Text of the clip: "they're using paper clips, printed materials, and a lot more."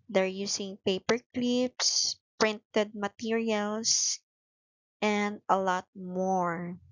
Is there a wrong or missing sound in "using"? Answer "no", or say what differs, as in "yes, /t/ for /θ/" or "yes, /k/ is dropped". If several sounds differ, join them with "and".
yes, /s/ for /z/